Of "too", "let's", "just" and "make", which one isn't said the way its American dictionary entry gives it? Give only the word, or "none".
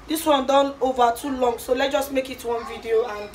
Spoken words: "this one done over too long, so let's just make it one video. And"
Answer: let's